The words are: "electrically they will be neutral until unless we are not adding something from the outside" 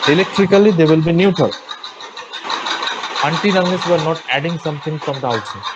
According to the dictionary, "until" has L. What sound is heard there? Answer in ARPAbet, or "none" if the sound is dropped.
N